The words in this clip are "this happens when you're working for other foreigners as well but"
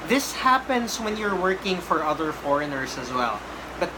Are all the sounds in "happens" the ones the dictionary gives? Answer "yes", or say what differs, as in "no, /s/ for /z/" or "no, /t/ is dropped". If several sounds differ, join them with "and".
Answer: no, /s/ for /z/